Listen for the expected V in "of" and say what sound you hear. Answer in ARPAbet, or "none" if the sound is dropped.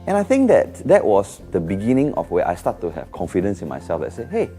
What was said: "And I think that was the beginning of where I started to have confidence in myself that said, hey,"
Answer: F